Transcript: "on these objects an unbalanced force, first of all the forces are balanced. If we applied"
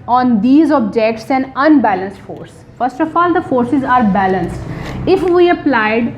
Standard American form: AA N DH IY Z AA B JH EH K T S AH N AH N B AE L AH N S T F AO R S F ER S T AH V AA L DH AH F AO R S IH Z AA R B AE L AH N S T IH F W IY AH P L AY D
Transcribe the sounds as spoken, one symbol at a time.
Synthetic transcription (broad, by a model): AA N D IY Z AA B JH EH K T S AH N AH N B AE L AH N S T F AO R S F ER S T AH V AA L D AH F AO R S IH Z AA R B AE L AH N S T IH F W IY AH P L AY D